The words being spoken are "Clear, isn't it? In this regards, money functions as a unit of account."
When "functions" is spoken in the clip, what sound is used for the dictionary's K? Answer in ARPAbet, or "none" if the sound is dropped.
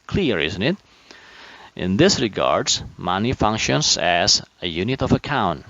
K